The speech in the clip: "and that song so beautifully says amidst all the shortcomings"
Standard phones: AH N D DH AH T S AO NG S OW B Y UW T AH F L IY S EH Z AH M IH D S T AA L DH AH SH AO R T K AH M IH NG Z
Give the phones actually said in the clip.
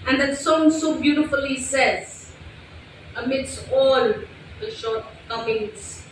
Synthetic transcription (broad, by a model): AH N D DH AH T S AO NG S OW B Y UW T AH F L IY S EH Z AH M IH D S T AA L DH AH SH AO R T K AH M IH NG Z